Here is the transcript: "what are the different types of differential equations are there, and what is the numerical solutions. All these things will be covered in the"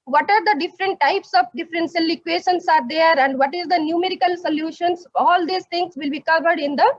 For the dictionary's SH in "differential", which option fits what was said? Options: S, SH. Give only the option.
S